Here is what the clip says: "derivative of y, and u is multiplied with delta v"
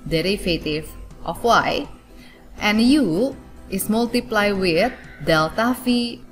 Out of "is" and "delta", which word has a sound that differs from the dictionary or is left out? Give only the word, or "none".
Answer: is